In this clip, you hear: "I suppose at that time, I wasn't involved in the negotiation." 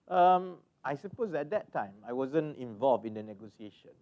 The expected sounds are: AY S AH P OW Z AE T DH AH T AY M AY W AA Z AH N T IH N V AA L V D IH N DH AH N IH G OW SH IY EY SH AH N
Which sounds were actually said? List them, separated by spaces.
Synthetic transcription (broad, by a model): AY S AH P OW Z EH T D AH T AY M AY W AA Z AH N IH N V AA L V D IH N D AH N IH G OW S IY EY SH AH N